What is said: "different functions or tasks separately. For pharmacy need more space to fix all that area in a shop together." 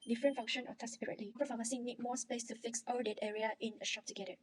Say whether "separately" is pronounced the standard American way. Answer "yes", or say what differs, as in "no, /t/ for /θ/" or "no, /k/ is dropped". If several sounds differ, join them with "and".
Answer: no, /p/ is dropped